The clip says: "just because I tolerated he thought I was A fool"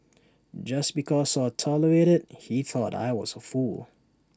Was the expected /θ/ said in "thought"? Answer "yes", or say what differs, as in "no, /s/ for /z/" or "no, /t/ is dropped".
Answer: yes